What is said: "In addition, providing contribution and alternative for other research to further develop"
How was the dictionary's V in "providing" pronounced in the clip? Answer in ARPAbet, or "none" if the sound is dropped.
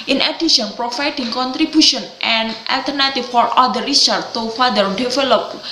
F